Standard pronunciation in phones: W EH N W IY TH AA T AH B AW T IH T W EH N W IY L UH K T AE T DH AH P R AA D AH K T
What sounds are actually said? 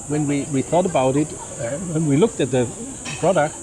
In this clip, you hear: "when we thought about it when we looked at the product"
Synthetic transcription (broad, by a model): W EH N W IY TH AA T AH B AW T IH T W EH N W IY L UH K T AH T DH AH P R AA D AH K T